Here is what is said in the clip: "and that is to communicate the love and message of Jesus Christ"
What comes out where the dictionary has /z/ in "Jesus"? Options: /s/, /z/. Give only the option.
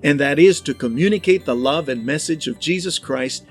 /z/